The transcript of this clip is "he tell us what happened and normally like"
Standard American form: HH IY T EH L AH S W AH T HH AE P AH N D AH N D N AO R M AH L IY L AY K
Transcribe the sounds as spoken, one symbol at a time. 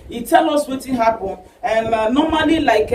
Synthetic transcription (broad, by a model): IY T EH L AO S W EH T HH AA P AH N AH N N AO M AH L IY L AY K